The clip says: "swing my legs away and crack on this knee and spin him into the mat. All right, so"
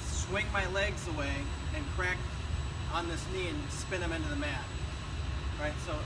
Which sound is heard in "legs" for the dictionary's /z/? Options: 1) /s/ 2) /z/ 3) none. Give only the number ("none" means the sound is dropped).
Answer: 2